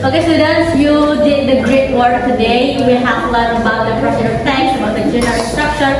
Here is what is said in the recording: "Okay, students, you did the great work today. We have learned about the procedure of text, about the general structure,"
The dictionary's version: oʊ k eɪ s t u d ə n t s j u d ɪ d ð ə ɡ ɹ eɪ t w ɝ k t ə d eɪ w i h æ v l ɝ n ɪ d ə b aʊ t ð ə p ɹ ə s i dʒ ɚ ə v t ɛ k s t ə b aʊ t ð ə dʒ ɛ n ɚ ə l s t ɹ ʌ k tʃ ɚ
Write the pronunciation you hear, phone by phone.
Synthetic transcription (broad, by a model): oʊ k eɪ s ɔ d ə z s j u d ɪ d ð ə ɡ ɹ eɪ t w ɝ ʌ t ə d eɪ w i h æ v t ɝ l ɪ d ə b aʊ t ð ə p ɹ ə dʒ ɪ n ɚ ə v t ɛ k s ə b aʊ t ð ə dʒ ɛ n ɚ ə n s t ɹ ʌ k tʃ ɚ